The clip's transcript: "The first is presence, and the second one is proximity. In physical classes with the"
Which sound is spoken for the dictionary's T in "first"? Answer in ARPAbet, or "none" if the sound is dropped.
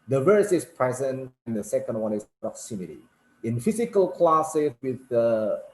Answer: none